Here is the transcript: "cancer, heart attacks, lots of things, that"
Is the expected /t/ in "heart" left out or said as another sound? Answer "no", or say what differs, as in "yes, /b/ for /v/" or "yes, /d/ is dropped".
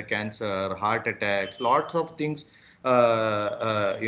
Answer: no